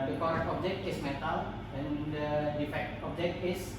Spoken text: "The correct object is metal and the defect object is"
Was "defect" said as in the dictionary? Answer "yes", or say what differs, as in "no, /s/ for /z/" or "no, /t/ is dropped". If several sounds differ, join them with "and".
yes